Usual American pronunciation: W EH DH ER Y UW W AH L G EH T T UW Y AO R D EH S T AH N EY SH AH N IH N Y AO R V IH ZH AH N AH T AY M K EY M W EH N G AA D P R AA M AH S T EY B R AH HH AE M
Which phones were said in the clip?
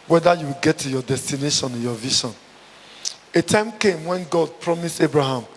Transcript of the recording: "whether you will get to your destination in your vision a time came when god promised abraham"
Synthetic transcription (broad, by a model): W EH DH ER Y UW W AH L G EH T T UW Y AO D EH S T AH N EY SH AH N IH N Y AO V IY SH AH N AH T AY M K EY M W EH N G AA D P R AA M AH S T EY B R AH HH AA M